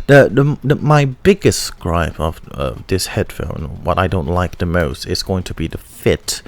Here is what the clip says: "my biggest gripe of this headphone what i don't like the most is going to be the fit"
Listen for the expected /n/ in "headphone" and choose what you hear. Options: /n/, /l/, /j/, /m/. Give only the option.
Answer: /l/